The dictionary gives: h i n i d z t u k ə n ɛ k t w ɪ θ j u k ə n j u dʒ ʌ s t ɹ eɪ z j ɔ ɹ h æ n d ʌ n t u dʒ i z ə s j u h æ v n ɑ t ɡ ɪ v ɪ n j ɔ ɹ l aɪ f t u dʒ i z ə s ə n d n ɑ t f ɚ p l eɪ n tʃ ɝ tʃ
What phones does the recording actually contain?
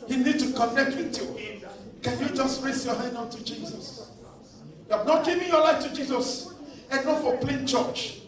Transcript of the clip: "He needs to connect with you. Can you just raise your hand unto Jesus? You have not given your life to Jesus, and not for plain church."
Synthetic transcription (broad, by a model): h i n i d t u k ə n ɛ k t w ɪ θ j u k ə n j u dʒ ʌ s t ɹ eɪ s j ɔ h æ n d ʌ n t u dʒ i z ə s j u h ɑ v n ɑ t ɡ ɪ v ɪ n j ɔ l aɪ f t u dʒ i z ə s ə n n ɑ f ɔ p l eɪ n tʃ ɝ tʃ